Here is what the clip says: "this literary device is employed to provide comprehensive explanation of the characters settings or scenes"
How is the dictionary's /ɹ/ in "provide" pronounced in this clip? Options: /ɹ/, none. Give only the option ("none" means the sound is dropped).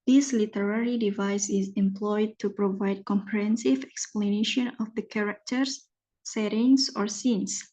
/ɹ/